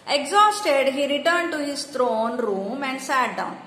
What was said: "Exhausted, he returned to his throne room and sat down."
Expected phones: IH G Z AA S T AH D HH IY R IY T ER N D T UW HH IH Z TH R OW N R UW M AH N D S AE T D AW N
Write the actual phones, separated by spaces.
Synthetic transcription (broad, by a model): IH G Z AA S T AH D HH IY R IY T ER N D T UW HH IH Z T R OW N R UW M AH N D S AE T D AW N